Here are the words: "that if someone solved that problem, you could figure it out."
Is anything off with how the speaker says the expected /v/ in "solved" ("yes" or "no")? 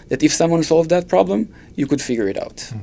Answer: no